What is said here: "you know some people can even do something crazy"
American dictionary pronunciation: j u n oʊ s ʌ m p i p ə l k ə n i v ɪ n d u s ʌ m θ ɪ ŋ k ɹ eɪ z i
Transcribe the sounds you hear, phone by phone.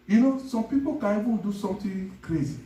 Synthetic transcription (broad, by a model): j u n oʊ s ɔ m p i p ə l k ə n i v ɪ n d u s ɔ m t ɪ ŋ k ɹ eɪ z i